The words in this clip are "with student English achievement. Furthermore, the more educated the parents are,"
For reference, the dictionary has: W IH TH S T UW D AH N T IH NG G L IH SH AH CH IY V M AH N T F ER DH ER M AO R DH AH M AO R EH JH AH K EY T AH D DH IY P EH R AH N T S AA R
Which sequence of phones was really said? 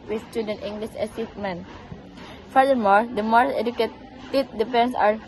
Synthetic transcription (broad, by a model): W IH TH S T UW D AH N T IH NG G L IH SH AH S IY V M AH N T F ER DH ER M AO R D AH M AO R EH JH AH K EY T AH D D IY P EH N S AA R